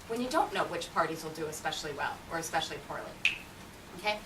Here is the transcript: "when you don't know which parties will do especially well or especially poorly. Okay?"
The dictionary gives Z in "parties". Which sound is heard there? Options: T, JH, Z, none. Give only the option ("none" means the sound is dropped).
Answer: Z